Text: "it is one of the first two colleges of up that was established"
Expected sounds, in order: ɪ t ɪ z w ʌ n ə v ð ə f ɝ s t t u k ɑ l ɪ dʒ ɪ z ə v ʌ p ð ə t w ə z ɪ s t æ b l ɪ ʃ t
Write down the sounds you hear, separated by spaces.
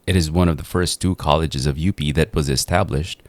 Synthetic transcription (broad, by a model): ɪ t ɪ z w ʌ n ə v ð ə f ɝ s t t u k ɑ l ɪ dʒ ɪ z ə v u p ð ə t w ə z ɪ s t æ b l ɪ ʃ t